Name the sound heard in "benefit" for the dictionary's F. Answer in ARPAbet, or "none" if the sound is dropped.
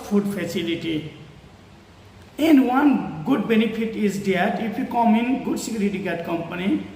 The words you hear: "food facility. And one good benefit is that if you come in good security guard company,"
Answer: P